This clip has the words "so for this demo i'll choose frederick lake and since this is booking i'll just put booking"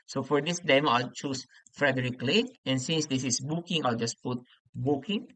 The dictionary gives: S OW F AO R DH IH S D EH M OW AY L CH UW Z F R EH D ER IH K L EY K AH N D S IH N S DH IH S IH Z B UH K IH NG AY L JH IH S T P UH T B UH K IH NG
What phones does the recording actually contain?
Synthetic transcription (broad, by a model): S OW F AO R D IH S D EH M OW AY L CH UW S F R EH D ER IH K L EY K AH N S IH N S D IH S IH S B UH K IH NG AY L JH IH S P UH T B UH K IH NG